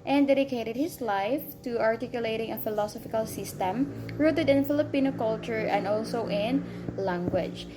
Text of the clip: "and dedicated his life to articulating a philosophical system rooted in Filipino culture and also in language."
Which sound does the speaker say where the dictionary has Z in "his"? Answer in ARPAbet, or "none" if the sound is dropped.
S